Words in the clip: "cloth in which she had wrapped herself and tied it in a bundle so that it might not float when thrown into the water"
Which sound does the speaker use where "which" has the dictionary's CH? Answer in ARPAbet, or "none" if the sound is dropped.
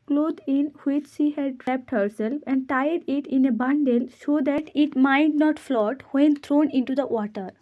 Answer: CH